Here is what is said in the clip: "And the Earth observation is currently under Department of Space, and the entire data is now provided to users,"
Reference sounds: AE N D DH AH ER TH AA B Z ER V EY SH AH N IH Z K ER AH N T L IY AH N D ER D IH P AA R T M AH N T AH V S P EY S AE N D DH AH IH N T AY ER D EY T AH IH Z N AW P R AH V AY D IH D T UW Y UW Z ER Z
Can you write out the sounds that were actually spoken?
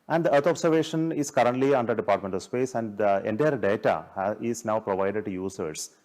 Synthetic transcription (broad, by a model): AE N D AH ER T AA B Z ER V EY SH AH N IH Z K ER AH N T L IY AH N D ER D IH P AA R T M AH N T AH V S P EY S AE N D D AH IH N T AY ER D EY T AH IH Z N AW P R AH V AY D IH D T UW Y UW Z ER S